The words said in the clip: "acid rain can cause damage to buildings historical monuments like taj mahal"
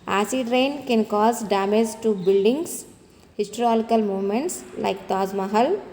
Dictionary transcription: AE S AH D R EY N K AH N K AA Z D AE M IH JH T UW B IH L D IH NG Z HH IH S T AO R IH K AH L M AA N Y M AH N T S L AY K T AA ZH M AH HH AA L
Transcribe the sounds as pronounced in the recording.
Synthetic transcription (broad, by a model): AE S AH D R EY N K AH N K AA Z D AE M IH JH T UW B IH L D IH NG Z HH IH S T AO L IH K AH L M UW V M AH N T S L AY K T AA Z M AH HH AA L